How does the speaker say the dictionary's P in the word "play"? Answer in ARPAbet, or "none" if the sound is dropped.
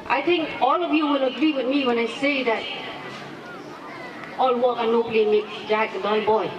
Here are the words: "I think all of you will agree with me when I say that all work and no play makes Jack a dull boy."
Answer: B